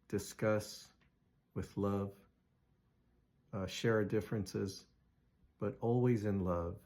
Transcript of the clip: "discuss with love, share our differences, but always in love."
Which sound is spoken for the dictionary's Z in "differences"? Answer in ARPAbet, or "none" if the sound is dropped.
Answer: Z